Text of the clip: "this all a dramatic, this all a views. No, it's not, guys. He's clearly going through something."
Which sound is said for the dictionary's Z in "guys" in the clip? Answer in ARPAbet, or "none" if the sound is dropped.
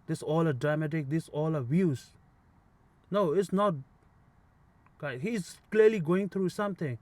none